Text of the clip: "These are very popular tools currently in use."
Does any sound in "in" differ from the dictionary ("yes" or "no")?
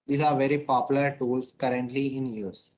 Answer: no